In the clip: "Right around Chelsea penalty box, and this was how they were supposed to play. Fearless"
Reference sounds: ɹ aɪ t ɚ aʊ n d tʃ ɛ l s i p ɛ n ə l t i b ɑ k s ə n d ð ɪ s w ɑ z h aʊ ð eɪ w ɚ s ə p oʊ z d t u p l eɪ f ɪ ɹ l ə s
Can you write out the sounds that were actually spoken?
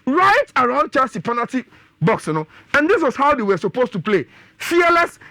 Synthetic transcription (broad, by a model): ɹ aɪ t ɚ aʊ n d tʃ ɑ s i p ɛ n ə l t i b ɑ k s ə n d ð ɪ s w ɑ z h aʊ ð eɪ w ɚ s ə p oʊ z t u p l eɪ f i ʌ l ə s